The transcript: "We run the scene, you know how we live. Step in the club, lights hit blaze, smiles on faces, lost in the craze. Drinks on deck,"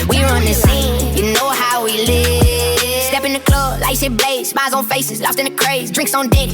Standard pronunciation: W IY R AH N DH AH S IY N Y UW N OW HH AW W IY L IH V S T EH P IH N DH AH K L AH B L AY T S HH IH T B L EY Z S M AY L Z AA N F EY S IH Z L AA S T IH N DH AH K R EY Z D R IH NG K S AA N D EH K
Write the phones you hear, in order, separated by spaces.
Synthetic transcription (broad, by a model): W IY R AH N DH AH S IY N Y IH N OW HH AW W IY L IH V S T EH P IH N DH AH K L AH B L AY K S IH B L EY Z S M AY Z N F EY S IH Z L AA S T IH N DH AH K R EY Z D R IH NG K S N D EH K